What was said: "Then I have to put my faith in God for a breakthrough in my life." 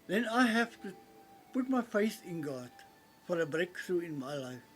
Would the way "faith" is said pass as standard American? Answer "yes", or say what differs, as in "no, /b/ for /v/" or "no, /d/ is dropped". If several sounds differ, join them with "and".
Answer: no, /s/ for /θ/